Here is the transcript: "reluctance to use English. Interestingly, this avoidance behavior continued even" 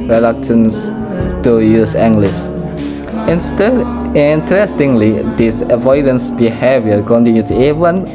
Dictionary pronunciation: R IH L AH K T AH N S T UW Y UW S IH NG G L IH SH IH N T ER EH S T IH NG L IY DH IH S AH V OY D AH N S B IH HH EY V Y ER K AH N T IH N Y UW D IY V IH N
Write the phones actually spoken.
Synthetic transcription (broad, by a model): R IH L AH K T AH N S T UW Y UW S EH NG G L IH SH IH N T ER EH S T IH NG L IY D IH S AH V OY D AH N S B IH HH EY V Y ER K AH N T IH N Y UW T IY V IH N